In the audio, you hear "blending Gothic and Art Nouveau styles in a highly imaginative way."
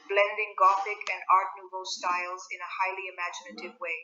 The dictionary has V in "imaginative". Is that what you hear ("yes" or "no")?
yes